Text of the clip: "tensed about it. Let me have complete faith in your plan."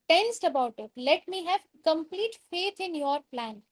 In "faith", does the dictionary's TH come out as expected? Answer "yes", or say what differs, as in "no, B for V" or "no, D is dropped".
no, T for TH